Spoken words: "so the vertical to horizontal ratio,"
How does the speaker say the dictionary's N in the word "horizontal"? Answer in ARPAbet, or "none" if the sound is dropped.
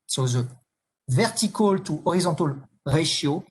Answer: none